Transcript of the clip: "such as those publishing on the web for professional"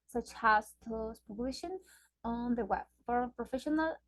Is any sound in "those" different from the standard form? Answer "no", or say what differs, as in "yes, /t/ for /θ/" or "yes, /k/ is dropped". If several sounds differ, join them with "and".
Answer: yes, /s/ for /z/